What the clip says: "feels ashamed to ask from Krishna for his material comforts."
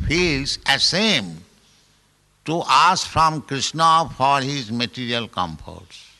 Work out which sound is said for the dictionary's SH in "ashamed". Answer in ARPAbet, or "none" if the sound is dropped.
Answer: S